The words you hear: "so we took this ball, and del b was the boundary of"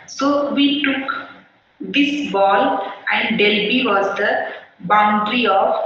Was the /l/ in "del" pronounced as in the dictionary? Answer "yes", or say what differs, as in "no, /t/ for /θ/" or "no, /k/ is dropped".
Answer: yes